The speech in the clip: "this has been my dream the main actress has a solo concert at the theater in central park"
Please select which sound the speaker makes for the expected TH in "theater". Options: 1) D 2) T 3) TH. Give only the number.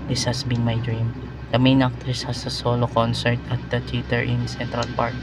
2